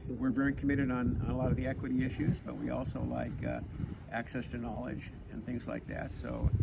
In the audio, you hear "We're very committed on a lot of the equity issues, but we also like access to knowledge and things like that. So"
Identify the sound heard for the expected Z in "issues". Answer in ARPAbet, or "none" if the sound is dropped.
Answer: Z